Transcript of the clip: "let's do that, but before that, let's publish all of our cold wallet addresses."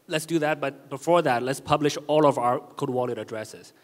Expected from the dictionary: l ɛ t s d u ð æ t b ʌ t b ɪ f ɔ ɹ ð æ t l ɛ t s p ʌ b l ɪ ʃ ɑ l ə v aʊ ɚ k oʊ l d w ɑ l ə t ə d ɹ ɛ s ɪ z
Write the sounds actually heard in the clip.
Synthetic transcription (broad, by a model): l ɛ t s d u ð æ t b ʌ t b ɪ f ɔ ɹ ð æ t l ɛ t s p ʌ b l ɪ ʃ ɑ l ə v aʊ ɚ k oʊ d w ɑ l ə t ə d ɹ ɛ s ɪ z